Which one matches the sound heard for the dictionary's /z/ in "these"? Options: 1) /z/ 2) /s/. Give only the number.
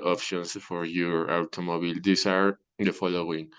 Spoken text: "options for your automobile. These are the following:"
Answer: 2